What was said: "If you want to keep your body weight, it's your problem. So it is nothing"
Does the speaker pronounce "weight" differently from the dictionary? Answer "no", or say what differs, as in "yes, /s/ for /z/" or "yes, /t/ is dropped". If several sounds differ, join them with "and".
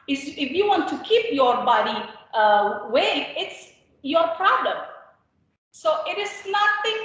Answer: yes, /t/ is dropped